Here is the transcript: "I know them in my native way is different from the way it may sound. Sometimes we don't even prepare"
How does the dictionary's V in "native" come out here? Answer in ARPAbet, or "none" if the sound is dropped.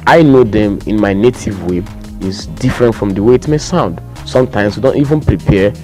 V